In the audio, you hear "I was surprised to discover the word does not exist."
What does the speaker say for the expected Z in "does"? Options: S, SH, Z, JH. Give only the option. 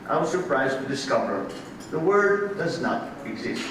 Z